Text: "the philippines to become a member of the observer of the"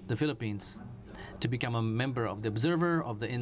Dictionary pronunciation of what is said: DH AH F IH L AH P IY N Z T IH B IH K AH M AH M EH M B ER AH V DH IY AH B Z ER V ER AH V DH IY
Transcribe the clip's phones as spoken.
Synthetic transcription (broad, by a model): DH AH F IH L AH P IY N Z T IH B IH K AH M AH M EH M B ER AH V DH IY AH B Z ER V ER AH V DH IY